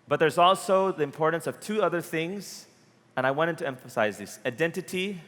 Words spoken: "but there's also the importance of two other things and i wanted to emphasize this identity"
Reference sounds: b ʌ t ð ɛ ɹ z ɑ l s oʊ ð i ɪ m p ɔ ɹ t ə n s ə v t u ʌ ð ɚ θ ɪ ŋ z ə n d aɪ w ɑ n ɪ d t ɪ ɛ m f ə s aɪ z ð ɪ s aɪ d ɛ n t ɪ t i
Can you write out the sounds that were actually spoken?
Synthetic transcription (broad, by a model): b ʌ t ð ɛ ɹ z ɑ l s oʊ ð i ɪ m p ɔ ɹ t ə n s ə v t u ʌ ð ɚ θ ɪ ŋ z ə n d aɪ w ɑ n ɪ d t ɪ ɛ m f ə s aɪ z ð ɪ s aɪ d ɛ n t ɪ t i